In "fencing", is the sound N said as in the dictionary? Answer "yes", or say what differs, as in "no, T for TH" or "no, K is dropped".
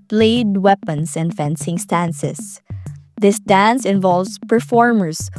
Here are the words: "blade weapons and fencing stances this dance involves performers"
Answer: yes